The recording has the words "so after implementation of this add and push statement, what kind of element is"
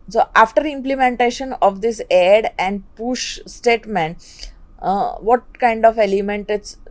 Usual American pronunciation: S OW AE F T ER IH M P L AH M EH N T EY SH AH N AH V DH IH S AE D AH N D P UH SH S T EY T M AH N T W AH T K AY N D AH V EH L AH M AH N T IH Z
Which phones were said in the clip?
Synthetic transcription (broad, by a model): S OW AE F T ER IH M P L AH M EH N T EY SH AH N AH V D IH S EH D AH N D P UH SH S T EY T M AH N T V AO T K AY N D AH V EH L AH M AH N T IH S